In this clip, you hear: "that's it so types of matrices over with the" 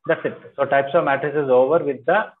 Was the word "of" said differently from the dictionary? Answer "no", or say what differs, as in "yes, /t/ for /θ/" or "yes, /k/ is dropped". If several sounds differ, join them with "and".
no